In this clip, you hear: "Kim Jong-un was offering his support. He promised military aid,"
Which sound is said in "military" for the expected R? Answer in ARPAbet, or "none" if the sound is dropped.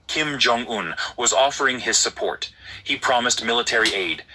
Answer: R